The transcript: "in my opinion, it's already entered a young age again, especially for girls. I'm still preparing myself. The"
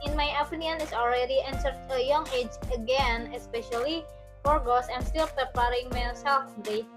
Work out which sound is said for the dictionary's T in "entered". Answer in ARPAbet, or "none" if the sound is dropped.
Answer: S